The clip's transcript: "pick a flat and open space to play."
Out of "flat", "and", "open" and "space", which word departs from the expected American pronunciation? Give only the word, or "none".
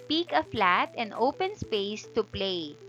none